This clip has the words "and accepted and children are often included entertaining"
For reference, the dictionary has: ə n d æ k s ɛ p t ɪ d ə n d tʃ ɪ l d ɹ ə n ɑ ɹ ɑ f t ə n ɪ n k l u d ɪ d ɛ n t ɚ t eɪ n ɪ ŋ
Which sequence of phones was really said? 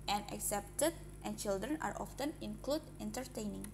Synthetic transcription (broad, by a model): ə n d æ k s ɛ p t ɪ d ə n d tʃ ɪ l d ɹ ə n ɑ ɹ ɑ f t ə n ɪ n k l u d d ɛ n t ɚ t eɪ n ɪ ŋ